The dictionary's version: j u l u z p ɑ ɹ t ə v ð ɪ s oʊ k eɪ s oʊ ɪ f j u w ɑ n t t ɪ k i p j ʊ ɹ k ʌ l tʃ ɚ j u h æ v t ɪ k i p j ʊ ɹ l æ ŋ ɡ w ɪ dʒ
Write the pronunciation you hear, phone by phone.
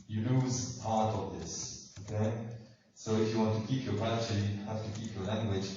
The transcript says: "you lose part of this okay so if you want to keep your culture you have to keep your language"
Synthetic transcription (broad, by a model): j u l u z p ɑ ɹ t ə v ð ɪ s oʊ k eɪ s oʊ ɪ f j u w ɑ n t t ɪ k i p j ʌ ɹ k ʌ tʃ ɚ j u h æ f t ɪ k i p j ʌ ɹ l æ ŋ ɡ w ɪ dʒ